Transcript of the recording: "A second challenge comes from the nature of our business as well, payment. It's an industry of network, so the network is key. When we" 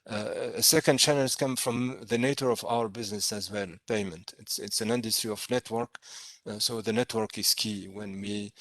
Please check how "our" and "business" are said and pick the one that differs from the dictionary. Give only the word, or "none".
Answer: none